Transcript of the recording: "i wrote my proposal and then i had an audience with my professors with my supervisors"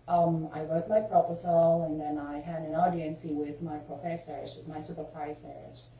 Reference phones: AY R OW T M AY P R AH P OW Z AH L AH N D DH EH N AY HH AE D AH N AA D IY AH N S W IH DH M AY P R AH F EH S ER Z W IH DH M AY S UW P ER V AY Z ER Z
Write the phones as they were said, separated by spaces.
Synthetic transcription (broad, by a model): AY R OW T M AY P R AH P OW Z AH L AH N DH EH N AY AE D AH N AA D IY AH N S W IH DH M AY P R AH F EH S ER Z W IH DH M AY S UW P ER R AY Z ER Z